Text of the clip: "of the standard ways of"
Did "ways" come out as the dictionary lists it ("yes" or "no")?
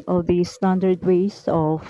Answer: no